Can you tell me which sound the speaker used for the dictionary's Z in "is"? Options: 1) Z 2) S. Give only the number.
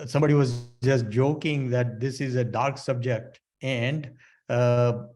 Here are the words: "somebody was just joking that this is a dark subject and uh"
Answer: 1